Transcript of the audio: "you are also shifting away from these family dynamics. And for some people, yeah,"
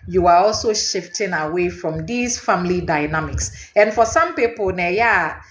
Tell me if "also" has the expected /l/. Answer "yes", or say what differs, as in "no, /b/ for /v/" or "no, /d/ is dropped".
yes